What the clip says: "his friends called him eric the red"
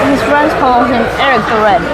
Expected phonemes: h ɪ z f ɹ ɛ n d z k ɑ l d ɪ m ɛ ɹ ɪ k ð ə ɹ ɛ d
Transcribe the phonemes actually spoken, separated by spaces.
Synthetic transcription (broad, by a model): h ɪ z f ɹ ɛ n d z k ɑ l ɪ m ɛ ɹ ɪ k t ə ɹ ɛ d